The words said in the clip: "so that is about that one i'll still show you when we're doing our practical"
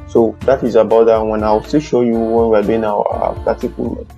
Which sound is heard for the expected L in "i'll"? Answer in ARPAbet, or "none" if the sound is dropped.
W